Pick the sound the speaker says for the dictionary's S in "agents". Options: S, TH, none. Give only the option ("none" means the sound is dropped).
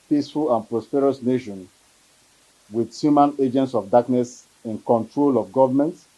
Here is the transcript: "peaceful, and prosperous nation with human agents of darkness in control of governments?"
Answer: S